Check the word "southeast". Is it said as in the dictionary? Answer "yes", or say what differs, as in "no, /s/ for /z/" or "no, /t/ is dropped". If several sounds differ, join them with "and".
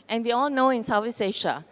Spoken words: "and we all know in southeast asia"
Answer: no, /t/ is dropped